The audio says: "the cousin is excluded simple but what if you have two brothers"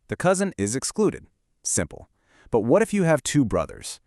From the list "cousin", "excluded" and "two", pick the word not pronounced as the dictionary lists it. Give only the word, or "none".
none